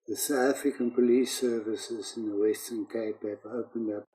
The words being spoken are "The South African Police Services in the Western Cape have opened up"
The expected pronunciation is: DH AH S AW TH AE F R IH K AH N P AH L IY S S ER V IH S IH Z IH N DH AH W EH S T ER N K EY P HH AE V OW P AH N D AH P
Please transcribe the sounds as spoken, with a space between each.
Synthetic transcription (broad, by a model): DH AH S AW T AE F R IH K AH N P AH L IY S S ER V IH S IH Z IH N DH AH W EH S T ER N K EY P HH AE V OW P AH N D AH P